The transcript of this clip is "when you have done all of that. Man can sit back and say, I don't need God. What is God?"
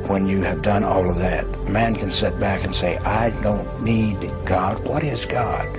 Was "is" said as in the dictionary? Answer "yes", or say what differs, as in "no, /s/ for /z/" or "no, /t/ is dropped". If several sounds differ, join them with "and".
yes